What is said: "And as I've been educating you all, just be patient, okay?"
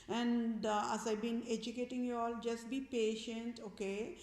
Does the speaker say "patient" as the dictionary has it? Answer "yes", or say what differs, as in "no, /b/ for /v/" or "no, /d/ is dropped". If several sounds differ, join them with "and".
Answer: yes